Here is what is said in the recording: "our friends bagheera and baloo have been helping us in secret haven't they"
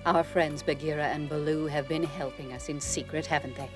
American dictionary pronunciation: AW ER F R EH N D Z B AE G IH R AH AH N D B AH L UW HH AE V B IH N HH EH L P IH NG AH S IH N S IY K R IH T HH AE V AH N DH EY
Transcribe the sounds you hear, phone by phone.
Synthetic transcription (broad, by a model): AW ER F R EH N D Z B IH G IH R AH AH N B AH L UW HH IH V B IH N HH EH L P IH NG AH S IH N S IY K R IH T HH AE V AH N DH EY